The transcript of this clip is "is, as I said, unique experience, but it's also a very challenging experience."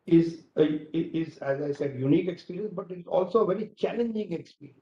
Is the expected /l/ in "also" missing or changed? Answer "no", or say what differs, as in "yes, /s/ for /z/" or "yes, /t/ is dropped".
no